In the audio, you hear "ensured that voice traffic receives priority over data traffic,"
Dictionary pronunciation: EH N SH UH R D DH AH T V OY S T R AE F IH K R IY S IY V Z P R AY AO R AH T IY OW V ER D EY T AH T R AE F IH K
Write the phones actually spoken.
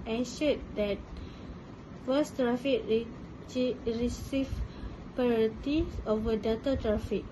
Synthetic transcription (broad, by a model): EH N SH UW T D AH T F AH S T R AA F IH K R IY S IY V P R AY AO R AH T IY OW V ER D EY T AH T R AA F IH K